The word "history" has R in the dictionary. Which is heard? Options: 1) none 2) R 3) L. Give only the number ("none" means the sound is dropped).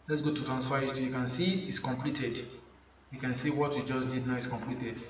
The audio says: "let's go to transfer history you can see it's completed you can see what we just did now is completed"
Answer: 1